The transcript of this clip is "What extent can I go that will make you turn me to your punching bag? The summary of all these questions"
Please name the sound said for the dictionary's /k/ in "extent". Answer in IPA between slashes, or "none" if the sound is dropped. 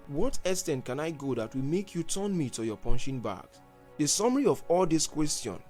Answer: none